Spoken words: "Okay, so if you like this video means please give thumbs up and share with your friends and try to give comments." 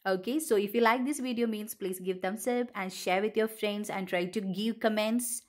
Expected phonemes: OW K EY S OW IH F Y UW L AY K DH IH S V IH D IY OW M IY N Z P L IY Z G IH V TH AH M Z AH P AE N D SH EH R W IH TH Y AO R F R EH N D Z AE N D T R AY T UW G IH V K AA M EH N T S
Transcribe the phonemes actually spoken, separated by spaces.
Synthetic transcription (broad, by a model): OW K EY S OW IH F Y UW L AY K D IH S V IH D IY OW M IY N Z P L IY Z G IH V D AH M S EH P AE N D SH EH R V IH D Y AO R F R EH N D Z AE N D T R AY T UW G IH V K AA M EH N T S